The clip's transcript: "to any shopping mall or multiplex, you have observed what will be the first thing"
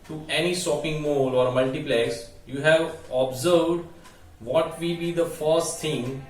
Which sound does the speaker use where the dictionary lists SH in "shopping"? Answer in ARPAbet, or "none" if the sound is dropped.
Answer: S